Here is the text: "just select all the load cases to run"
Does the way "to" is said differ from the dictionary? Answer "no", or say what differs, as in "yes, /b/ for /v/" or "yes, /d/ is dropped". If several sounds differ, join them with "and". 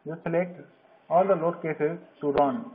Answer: yes, /s/ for /t/